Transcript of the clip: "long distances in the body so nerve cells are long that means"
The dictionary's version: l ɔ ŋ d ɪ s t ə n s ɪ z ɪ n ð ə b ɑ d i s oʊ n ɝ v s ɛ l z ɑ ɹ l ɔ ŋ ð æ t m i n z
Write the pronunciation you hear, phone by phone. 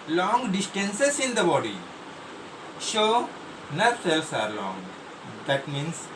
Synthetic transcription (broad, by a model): l ɔ ŋ d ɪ s t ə n s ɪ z ɪ n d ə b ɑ d i ʃ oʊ n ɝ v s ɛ l s ɑ ɹ l ɔ ŋ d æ t m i n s